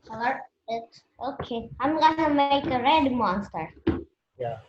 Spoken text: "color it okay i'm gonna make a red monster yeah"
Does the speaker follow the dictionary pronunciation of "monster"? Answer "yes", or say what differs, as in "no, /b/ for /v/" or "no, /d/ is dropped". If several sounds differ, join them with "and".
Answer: yes